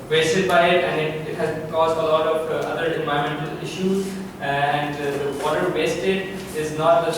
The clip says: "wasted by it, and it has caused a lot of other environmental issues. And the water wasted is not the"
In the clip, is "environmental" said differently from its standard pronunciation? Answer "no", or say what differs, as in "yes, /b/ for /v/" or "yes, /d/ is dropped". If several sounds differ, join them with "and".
yes, /ɹ/ is dropped and /n/ is dropped